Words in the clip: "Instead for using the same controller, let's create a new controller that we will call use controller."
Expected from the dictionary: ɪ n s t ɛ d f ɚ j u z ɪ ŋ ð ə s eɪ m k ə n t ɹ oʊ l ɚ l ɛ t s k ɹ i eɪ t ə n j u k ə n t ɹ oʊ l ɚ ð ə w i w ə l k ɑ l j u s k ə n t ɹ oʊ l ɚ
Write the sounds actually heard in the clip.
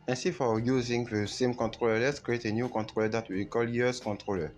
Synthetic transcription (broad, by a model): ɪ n s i f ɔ j u z ɪ ŋ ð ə s eɪ m k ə n t ɹ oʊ l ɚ l ɛ t s k ɹ i eɪ t ə n j u k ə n t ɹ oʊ l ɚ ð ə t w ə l k ɑ l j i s k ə n t ɹ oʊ l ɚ